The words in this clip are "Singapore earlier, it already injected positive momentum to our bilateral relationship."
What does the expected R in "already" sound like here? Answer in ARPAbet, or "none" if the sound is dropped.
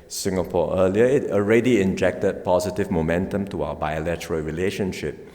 R